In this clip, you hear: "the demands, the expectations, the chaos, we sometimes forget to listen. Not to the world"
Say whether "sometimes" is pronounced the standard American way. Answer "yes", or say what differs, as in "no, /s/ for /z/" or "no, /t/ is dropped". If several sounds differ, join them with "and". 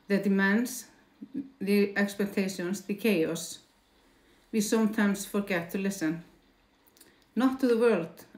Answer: no, /s/ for /z/